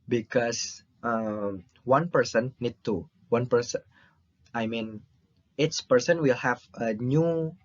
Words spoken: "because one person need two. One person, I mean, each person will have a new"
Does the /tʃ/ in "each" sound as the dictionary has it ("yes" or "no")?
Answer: no